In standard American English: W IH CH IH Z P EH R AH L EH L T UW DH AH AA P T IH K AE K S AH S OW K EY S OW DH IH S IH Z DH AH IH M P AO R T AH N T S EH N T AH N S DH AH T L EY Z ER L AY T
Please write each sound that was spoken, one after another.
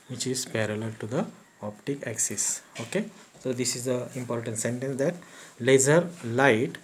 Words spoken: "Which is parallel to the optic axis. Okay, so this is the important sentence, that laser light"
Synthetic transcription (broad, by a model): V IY CH IH Z P EH R AH L EH L T UW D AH AA P T IH K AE K S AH S OW K EY S OW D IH S IH Z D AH IH M P AO R T AH N T S EH N T AH N S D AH T L EY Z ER L AY T